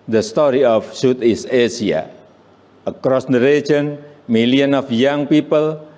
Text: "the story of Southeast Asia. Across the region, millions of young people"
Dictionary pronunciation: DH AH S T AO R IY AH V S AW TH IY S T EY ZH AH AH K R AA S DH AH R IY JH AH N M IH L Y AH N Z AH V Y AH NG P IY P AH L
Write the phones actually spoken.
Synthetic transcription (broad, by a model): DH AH S T AO R IY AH F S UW T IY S EY S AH AH K R AA S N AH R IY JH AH N M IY L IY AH N AH F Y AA NG P IY P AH L